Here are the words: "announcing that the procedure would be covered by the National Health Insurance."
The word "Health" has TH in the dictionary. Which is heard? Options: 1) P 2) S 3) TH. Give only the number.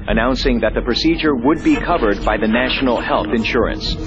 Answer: 3